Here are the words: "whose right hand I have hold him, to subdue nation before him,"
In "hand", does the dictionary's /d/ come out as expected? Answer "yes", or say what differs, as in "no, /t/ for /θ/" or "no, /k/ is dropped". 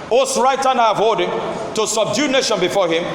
no, /d/ is dropped